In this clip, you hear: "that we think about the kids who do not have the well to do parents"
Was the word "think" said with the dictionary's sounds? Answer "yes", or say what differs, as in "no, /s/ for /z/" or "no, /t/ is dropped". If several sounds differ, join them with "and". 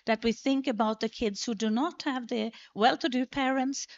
yes